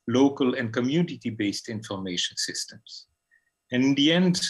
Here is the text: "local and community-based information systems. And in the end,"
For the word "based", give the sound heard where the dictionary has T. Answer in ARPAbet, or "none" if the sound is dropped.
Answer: T